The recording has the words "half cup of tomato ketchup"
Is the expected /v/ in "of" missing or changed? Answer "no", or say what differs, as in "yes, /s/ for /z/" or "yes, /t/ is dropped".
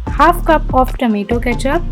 yes, /p/ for /v/